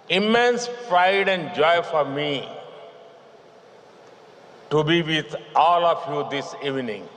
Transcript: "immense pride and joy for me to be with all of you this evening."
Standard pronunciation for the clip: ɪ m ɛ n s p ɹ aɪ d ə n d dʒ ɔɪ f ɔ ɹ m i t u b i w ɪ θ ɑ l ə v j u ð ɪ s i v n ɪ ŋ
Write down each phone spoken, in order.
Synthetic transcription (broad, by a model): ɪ m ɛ n s f ɹ aɪ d ə n d dʒ ɔɪ f ɔ ɹ m i t u b i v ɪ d ɑ l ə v j u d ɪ s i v n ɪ ŋ